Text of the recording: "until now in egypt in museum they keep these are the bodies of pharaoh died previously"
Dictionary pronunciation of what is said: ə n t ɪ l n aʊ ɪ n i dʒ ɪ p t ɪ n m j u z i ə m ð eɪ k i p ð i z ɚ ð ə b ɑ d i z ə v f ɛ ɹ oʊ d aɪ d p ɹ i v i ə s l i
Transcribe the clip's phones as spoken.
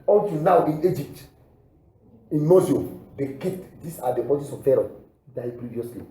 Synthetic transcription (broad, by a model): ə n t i n aʊ ɪ n i dʒ ɪ p t ɪ n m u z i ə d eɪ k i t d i s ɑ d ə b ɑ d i s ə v f ɛ ɹ oʊ d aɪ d p ɹ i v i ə s l i